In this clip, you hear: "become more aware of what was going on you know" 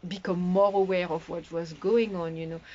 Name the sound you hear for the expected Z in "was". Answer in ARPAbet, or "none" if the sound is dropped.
Z